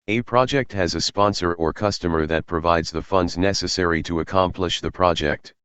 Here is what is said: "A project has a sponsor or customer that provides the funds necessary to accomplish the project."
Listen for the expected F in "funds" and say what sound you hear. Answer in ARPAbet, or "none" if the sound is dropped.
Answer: F